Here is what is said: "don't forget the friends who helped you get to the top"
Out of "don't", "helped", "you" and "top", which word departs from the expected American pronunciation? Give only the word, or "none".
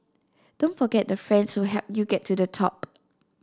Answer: helped